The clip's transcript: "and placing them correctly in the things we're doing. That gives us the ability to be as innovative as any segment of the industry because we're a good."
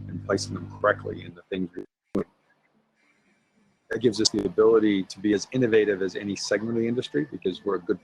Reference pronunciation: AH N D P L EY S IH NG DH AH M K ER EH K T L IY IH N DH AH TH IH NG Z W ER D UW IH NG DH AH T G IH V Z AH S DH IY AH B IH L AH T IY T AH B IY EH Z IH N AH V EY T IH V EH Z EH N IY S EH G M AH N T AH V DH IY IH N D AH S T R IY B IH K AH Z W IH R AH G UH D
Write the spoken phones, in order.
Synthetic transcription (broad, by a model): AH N P L EY S IH NG DH AH M K ER EH K T L IY IH N DH AH TH IH NG Z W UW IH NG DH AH T G IH V Z AH S DH IY AH B IH L AH T IY T AH B IY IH Z IH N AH V EY T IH V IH Z EH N IY S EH G M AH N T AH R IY IH N D AH S T R IY B IH K AH Z W IH R AH G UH D